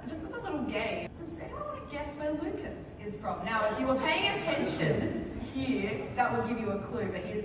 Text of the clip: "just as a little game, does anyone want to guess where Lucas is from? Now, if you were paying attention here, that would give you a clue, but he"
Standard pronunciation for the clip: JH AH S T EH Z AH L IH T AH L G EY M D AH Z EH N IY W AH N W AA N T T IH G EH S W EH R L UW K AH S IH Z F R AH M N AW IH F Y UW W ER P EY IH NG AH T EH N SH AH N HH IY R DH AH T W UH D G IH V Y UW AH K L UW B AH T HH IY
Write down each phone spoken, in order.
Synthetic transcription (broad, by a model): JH AH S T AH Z AH L IH T L G EY M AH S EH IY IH G EH S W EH L UW K AH S IH Z F R AH M N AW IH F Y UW W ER P EY IH NG AH T EH N SH AH N HH IY R DH AH T W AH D G IH V Y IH AH K L UW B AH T HH IY